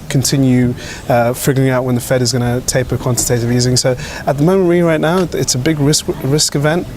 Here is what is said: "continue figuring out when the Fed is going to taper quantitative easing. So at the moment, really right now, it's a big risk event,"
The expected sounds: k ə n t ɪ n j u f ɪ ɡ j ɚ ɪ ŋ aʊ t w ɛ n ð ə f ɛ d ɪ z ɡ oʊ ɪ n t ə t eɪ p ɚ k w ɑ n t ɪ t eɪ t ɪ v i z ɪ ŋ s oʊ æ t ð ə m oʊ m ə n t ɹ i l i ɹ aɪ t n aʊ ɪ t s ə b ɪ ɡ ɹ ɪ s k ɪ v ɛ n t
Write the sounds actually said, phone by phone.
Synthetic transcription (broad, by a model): k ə n t ɪ n j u f ɪ ɡ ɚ ɪ ŋ aʊ t w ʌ n ð ə f ɛ d ɪ z ɡ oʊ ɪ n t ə t eɪ p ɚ k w ɑ n t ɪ t eɪ t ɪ v i z ɪ ŋ s oʊ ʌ t ð ə m oʊ m ə n t ɹ i l i ɹ aɪ t n aʊ ɪ t s ə b ɪ ɡ ɹ ɪ s k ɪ v ɛ n t